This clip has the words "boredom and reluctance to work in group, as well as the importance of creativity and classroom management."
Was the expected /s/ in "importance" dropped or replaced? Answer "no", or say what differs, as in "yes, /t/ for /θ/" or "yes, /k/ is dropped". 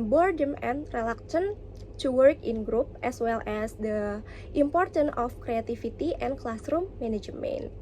yes, /s/ is dropped